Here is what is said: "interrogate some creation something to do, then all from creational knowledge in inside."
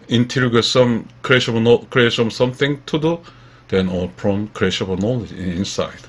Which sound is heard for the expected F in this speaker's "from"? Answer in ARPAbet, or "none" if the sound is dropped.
P